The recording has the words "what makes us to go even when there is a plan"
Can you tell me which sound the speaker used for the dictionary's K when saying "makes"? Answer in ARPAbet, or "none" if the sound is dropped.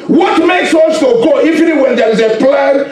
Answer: K